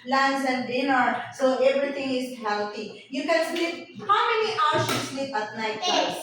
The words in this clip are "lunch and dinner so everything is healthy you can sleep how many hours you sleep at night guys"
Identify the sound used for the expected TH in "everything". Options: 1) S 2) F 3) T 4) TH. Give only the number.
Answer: 3